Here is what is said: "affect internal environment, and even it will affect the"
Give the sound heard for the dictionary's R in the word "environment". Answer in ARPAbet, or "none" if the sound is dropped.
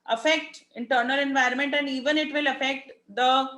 R